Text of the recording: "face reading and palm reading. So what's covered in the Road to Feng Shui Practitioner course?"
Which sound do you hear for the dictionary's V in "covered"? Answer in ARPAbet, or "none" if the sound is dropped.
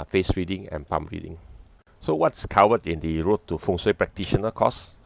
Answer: W